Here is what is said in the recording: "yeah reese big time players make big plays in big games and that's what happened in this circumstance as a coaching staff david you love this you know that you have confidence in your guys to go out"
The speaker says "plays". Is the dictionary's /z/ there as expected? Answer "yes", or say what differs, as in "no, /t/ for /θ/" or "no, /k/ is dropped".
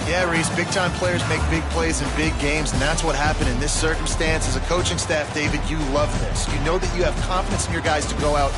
yes